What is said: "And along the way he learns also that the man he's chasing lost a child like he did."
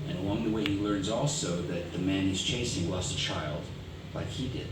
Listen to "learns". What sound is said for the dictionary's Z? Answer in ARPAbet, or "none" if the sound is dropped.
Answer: Z